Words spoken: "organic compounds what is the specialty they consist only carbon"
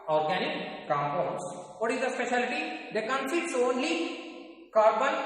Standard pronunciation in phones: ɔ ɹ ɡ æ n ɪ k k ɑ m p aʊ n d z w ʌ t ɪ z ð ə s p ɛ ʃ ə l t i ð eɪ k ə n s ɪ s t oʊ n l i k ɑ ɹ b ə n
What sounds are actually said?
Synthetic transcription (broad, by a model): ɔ ɹ ɡ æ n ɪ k k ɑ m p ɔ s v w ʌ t ɪ z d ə s p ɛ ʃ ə l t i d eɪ k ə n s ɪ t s oʊ n l i k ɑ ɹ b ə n